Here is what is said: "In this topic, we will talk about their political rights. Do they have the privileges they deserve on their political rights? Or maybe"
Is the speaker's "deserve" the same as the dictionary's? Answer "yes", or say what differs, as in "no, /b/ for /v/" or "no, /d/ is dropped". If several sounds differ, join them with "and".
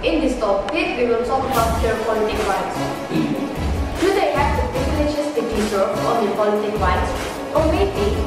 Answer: no, /v/ is dropped